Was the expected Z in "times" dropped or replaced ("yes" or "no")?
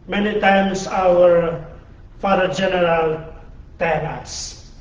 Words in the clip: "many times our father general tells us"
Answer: yes